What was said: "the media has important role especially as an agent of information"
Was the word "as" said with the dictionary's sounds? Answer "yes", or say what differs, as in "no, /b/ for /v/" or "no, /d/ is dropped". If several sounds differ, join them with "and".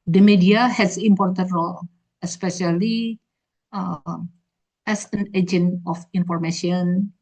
no, /s/ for /z/